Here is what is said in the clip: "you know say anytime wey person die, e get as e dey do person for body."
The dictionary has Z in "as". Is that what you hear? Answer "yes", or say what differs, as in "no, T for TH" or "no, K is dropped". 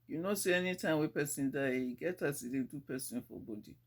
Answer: no, S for Z